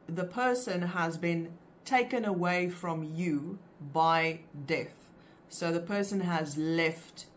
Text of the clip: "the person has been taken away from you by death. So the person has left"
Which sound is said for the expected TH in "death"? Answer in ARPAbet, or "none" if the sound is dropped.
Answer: TH